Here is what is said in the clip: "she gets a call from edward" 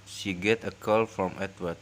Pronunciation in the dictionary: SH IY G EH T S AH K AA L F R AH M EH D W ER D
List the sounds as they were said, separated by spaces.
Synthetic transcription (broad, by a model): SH IY G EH T AH K AA L F R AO M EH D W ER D